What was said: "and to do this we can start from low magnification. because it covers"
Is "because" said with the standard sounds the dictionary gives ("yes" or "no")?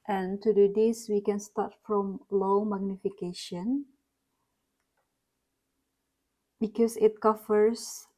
no